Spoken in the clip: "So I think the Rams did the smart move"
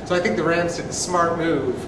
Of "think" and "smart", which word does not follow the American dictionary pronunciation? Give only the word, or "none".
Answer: none